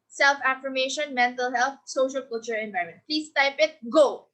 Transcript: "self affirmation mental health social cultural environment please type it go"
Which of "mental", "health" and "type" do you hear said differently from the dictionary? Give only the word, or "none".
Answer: health